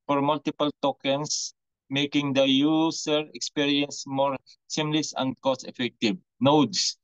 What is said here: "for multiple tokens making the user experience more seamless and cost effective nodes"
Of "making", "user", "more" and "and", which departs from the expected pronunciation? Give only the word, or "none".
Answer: user